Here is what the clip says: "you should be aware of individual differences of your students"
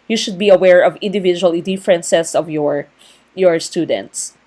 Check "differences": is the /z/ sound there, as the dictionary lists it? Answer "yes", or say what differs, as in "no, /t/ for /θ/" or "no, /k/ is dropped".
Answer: no, /s/ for /z/